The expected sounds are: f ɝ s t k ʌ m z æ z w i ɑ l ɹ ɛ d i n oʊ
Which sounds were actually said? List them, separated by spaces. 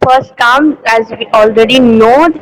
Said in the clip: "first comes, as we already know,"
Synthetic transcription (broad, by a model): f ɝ s t k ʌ m æ z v i ɑ l ɹ ɛ d i n oʊ